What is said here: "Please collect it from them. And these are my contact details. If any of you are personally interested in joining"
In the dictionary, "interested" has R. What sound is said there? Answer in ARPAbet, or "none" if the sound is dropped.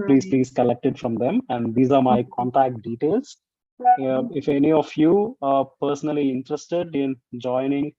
R